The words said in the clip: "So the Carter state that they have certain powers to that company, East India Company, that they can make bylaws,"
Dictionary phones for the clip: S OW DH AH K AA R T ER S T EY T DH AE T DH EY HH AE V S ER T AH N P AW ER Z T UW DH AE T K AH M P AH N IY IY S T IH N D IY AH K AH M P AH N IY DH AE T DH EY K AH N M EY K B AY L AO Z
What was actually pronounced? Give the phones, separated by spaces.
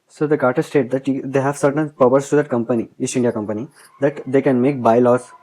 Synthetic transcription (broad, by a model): S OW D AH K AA R T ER S T EY T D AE T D EY HH AE V S ER T AH N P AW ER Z T UW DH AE T K AH M P AH N IY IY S IH N D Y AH K AH M P AH N IY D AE T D EY K AH N M EY K B AY L AO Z